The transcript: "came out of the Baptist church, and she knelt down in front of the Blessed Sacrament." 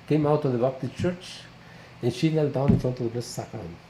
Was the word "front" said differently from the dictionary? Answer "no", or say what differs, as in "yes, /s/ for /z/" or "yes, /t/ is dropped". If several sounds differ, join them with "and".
no